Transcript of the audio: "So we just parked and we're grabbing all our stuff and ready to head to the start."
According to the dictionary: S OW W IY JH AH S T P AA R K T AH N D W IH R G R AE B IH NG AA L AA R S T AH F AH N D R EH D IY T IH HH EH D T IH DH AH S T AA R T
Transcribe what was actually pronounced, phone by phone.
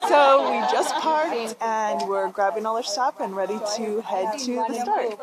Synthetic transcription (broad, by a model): S OW W IY JH AH S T P AA R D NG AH N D W IH R G R AE B IH NG AA L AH R S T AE P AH N R EH D IY T IH HH EH D T IH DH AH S T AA R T